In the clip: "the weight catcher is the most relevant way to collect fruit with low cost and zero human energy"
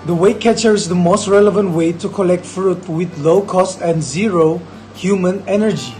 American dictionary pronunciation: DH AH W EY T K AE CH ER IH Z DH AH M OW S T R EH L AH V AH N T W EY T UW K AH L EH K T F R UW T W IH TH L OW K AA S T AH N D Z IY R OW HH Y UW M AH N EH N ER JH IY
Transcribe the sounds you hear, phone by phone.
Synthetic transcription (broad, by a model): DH AH W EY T K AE CH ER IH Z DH AH M OW S T R EH L AH V AH N T W EY T UW K AH L EH K T F R UW T W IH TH L OW K AA S T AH N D Z IY R OW HH Y UW M AH N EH N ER JH IY